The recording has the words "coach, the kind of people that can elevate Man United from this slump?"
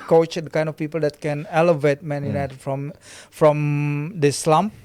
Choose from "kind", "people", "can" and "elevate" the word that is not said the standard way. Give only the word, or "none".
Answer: none